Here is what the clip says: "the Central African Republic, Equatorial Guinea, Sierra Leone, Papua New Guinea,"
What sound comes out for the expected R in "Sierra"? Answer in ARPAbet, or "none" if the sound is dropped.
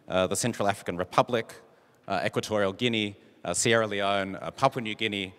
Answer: R